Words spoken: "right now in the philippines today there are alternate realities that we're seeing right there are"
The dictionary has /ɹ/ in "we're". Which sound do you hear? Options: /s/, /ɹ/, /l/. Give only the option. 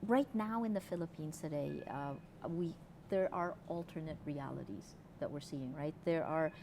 /ɹ/